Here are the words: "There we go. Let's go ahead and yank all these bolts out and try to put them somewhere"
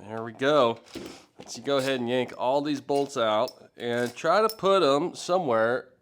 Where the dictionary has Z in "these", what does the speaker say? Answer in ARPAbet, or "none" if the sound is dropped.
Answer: Z